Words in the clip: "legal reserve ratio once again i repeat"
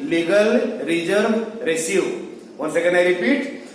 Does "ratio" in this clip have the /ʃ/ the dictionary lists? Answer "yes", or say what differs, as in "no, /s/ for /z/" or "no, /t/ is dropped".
no, /s/ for /ʃ/